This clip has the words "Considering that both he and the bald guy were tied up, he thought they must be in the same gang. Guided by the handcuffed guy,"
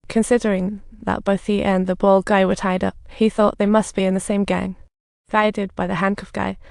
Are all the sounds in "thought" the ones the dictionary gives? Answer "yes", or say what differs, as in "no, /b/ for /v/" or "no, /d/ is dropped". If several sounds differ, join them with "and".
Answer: yes